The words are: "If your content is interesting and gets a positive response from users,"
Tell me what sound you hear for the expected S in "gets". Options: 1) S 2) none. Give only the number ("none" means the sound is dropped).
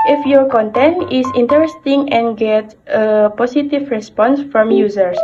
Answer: 2